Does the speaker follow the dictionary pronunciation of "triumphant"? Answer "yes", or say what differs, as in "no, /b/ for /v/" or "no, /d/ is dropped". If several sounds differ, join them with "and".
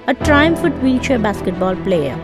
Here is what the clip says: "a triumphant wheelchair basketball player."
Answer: no, /n/ is dropped